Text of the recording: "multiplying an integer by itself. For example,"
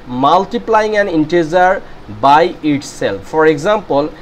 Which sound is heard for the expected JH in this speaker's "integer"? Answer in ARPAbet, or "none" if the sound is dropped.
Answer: Z